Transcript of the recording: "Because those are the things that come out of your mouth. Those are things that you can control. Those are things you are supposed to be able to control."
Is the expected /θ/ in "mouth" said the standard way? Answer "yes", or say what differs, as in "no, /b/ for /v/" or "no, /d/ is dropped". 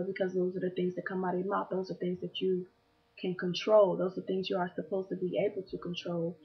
no, /t/ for /θ/